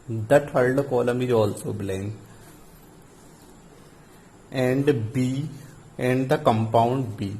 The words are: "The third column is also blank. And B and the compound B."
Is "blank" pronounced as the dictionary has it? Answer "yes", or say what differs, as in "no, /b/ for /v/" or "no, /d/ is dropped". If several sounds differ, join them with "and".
no, /k/ is dropped